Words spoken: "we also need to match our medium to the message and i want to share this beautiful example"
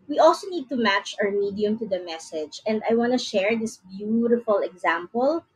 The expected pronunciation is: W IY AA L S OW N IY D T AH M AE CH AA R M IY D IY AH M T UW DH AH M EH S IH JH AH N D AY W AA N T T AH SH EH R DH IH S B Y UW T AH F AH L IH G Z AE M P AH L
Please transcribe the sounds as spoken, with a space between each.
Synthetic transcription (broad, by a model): W IY AA L S OW N IY D T AH M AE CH AA R M IY D IY AH M T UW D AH M EH S IH JH AH N D AY W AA N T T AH SH EH R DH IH S B Y UW T AH F AH L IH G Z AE M P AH L